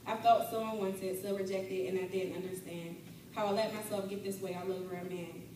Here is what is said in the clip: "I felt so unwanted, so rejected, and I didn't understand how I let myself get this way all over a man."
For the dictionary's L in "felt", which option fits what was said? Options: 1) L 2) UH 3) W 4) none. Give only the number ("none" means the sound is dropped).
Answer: 4